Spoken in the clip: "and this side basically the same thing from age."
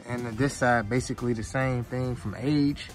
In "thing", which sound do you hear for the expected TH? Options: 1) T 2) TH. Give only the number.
2